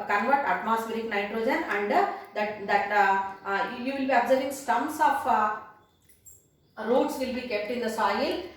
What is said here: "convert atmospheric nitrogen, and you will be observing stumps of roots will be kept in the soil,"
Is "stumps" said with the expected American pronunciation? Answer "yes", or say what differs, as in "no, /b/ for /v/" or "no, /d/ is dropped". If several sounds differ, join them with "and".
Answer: no, /p/ is dropped